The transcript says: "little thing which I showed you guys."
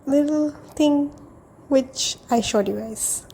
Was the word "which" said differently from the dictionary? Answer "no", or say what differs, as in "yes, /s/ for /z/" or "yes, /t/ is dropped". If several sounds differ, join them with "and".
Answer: no